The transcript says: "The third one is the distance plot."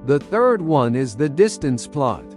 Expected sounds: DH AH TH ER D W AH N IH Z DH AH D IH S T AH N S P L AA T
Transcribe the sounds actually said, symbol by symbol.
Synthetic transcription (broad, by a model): DH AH TH ER D W AH N IH Z DH AH D IH S T AH N S P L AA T